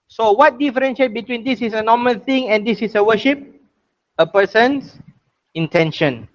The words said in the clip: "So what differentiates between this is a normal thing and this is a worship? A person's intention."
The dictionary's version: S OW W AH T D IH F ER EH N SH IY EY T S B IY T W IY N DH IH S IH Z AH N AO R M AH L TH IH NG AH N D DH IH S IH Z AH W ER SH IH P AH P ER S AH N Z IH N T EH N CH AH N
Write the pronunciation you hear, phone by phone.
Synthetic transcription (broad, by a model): S OW W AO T D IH F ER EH N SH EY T B IY T W IY N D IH S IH S AH N AO M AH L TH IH NG AH N D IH S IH S AH W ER SH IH P AH P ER S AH N S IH N T EH N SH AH N